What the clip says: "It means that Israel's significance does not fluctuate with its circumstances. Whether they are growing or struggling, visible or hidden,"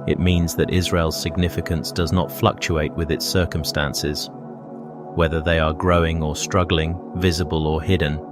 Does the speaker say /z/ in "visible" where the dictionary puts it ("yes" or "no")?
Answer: yes